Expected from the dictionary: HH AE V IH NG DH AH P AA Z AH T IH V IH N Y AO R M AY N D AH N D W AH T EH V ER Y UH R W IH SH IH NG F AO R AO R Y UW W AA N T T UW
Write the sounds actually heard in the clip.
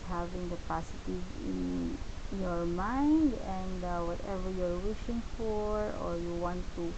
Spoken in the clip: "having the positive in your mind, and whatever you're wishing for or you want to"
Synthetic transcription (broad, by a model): HH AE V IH NG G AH P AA S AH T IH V IH N Y AO R M AY N D AH N D W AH T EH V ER Y R W IH SH IH NG F AO R AO R Y UW W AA N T T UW